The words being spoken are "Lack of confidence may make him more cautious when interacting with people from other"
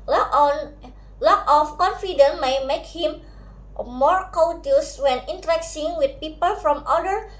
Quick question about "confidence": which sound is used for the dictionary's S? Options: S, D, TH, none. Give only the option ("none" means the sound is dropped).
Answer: none